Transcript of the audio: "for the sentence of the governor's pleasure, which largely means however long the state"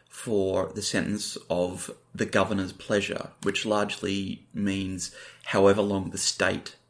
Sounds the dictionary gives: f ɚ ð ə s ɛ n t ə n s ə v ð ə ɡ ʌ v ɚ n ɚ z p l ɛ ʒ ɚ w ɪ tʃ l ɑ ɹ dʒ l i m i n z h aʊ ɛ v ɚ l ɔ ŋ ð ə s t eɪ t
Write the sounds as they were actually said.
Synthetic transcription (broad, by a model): f ɚ ð ə s ɛ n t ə n s ə v ð ə ɡ ʌ v ɚ n ɚ z p l ɛ ʒ ɚ w ɪ tʃ l ɑ ɹ dʒ l i m i n z h aʊ ɛ v ɚ l ɔ ŋ ð ə s t eɪ t